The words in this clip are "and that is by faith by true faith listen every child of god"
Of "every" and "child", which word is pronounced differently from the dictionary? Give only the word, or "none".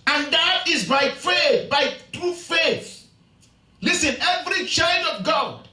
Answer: none